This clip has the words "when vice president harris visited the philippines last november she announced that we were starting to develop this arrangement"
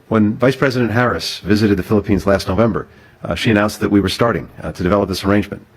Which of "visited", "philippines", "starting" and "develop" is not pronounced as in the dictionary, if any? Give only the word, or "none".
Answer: none